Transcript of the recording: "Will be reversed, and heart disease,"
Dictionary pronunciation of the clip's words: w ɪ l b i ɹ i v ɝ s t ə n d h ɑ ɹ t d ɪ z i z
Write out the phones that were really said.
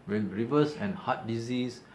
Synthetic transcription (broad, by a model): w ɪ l ɹ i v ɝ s ə n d h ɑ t d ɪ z i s